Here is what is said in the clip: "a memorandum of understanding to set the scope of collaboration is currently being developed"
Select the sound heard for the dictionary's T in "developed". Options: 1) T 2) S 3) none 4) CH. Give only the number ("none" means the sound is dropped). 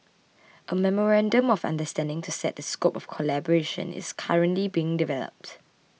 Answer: 1